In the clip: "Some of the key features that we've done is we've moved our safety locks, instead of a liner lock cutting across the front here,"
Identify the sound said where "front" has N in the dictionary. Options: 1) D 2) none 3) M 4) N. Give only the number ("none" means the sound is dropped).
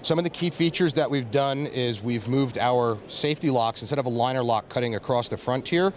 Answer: 4